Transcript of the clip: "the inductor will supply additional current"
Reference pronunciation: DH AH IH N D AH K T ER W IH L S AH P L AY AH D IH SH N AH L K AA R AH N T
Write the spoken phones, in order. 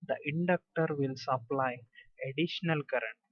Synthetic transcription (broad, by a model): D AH IH N D AH K T ER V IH L S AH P L AY AH D IH SH N AH L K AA R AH N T